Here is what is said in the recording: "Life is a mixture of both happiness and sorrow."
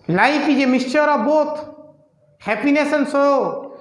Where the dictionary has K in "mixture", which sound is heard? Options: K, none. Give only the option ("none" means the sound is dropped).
none